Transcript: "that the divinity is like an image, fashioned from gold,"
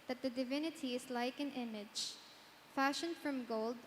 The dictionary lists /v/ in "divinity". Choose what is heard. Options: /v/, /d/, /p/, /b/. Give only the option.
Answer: /v/